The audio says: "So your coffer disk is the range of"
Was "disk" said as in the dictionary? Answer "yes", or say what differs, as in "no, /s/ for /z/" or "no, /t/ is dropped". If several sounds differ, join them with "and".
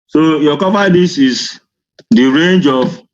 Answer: no, /k/ is dropped